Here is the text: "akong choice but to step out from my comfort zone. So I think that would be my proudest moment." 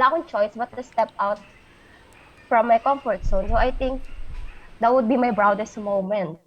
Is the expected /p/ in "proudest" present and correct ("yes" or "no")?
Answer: no